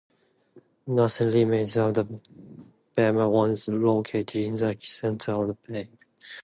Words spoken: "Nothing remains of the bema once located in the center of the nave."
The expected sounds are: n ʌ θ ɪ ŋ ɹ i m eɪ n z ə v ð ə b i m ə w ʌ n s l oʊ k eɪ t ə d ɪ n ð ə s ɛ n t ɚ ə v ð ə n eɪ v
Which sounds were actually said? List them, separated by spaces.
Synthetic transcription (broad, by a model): n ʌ s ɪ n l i m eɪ z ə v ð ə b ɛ m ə w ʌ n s l oʊ k eɪ t ə d ɪ n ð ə s ɛ n t ɚ ə v ð ə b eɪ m